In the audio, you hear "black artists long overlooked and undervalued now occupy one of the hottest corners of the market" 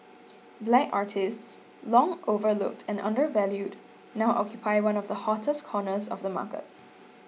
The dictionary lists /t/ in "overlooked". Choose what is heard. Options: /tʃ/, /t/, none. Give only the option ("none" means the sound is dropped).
/t/